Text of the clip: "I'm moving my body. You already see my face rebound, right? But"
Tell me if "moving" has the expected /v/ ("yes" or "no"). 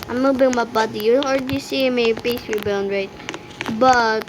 no